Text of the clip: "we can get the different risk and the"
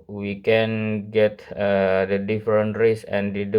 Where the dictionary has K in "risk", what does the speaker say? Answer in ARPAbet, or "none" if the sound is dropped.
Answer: none